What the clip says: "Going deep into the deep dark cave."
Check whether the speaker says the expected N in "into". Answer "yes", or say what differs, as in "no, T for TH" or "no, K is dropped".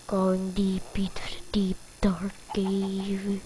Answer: no, N is dropped